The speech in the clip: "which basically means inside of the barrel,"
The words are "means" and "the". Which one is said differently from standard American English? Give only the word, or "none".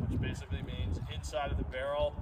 none